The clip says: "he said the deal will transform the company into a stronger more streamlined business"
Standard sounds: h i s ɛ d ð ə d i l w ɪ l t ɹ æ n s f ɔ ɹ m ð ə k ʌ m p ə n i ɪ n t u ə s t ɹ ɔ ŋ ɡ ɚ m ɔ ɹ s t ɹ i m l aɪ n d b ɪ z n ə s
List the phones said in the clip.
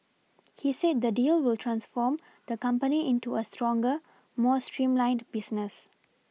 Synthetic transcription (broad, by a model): h i s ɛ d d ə d i l w ɪ l t ɹ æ n s f ɔ m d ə k ʌ m p ə n i ɪ n t u ə s t ɹ ɔ ŋ ɡ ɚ m ɔ s t ɹ i m l aɪ n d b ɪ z n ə s